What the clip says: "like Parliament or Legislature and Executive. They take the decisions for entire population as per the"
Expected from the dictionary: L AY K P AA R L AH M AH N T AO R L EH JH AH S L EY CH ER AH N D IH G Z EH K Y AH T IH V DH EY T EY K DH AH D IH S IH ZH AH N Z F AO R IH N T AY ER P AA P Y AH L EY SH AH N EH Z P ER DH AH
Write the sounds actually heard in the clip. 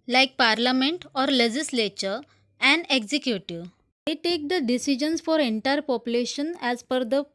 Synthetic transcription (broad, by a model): L AY K P AA R L AH M AH N T AO R L EH JH AH S L EY CH ER AH N D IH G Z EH K Y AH T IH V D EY T EY K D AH D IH S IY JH AH N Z F AO R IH N T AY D P AA P Y AH L EY SH AH N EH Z F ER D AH